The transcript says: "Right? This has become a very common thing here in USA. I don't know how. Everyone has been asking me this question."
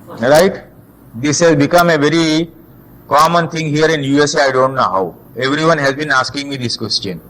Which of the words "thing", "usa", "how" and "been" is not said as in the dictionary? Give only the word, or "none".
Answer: thing